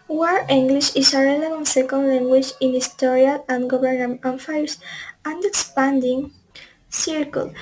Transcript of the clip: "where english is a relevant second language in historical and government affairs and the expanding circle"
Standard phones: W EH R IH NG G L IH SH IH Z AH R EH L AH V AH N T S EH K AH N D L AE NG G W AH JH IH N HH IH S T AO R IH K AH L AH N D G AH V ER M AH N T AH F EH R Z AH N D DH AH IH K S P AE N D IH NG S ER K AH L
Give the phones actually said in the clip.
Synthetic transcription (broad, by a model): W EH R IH NG G L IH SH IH S AH R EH L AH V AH N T S EH K AH N D L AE NG G W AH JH IH N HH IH S T AO R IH AH L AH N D G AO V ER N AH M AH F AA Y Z AH N D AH K S P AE N D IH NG S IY K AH L